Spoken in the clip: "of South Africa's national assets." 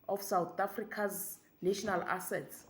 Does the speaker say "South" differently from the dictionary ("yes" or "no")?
yes